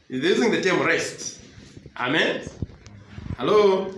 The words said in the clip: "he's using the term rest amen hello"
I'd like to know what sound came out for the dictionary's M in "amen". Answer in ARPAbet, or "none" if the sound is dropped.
M